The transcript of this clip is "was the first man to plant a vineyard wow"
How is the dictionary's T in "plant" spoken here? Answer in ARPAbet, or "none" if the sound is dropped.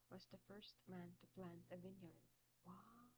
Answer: none